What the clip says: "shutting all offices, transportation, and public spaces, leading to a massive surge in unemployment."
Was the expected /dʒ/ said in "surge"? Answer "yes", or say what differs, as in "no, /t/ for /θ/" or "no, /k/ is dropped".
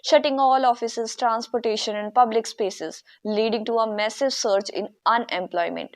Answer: no, /tʃ/ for /dʒ/